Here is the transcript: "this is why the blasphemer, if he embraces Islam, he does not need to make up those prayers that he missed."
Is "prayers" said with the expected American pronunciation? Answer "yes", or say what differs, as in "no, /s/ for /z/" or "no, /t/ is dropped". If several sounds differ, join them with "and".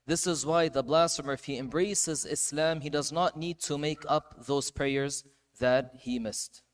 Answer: yes